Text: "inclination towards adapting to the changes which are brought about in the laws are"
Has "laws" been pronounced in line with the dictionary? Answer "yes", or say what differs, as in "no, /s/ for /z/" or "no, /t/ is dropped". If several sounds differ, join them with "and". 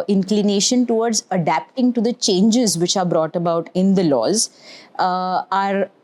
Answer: yes